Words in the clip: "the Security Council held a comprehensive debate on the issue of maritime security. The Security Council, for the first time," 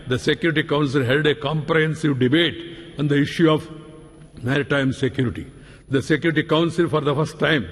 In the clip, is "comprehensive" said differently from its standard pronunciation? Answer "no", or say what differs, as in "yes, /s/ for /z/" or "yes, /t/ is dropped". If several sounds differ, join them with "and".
no